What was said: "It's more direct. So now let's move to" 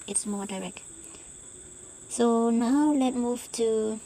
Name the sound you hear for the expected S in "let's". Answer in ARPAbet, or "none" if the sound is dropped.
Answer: none